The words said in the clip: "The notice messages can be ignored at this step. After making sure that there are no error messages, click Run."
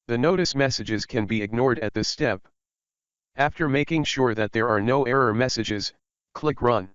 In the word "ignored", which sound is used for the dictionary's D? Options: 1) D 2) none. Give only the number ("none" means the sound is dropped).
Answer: 1